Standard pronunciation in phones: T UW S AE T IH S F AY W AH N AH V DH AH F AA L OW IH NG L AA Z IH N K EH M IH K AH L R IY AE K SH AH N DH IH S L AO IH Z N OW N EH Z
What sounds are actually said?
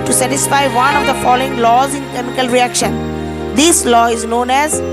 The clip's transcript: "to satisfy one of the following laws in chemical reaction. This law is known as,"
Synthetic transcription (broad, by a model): T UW S AE T IH S F AY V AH N AH V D AH F AA L OW IH NG L AA Z IH N K EH M IH K AH L R IY AE K SH AH N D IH S L AO IH Z N OW N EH Z